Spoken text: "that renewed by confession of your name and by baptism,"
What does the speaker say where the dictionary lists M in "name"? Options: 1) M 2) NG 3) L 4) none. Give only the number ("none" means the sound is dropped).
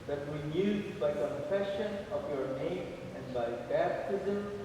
1